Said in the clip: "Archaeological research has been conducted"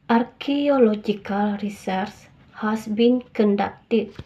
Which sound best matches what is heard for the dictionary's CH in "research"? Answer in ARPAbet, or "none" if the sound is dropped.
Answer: S